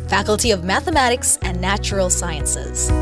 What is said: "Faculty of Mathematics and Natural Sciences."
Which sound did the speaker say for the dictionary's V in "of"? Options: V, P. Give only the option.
V